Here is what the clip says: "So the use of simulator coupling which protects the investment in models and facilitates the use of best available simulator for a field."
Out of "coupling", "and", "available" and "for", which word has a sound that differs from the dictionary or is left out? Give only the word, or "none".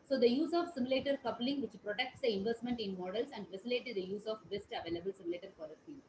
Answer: for